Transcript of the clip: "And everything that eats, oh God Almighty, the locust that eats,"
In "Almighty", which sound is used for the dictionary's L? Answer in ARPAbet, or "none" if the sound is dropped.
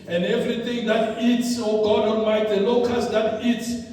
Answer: N